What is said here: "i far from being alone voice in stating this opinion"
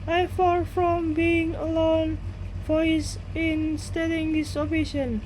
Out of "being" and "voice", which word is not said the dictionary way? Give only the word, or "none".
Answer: voice